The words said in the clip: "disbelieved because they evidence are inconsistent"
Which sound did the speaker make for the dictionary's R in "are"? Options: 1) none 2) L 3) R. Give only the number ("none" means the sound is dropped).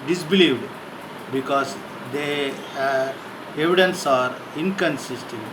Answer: 3